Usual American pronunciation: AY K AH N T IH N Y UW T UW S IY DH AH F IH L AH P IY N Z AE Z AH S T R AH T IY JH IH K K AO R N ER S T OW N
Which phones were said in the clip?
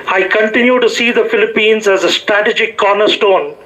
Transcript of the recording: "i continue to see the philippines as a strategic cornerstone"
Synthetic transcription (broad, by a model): AY K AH N T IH N Y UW T UW S IY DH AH F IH L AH P IY N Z AE Z AH S T R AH T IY JH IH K K AO R N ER S T OW N